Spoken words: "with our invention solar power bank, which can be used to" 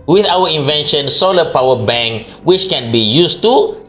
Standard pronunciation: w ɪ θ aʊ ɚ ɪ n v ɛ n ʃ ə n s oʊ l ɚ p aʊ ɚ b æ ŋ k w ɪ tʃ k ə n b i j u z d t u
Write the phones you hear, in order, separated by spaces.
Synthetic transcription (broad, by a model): w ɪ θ aʊ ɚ ɪ n v ɛ n ʃ ə n s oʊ l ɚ p aʊ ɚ b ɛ ŋ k w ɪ tʃ k ə n b i j u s t u